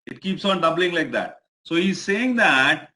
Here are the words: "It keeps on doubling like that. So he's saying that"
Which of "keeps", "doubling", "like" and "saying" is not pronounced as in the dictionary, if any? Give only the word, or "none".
none